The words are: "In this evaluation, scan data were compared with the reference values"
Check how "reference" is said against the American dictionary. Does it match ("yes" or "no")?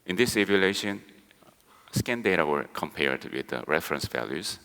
yes